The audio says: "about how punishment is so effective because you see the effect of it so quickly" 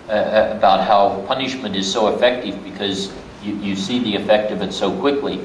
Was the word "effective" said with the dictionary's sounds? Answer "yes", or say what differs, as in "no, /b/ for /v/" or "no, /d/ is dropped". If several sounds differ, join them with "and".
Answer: yes